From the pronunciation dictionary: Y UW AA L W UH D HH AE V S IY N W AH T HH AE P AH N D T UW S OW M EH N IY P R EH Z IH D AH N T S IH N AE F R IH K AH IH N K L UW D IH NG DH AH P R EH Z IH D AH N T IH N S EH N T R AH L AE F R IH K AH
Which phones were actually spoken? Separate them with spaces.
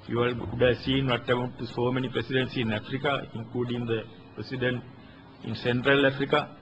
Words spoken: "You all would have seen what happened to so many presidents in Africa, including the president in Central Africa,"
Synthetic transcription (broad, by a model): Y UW AA L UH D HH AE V S IY N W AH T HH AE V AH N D T UW S OW M EH N IY P R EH S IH D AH N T S IH N AE F R IH K AH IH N K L UW D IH NG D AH P R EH S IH D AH N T IH N S EH N T R AH L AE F R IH K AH